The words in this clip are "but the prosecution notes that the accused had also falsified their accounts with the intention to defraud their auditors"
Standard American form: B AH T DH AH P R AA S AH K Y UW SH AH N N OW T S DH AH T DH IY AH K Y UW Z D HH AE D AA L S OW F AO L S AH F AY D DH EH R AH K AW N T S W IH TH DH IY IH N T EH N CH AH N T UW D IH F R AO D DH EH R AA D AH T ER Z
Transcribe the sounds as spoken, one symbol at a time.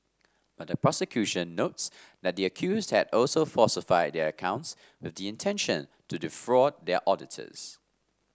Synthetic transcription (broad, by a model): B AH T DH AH P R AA S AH K Y UW SH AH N N OW T S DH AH T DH IY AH K Y UW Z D HH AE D AA L S OW F AO S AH F AY D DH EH R AH K AW N T S W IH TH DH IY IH N T EH N SH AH N T UW D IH F R AO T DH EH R AA D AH T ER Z